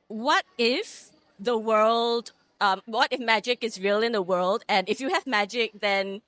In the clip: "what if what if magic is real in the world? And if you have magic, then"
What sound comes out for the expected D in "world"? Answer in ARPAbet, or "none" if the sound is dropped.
D